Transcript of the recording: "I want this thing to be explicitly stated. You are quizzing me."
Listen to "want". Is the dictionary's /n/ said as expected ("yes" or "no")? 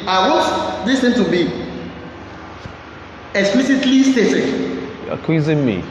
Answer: no